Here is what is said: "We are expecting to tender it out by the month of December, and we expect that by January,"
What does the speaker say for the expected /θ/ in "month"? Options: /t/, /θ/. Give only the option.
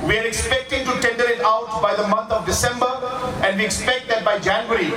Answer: /t/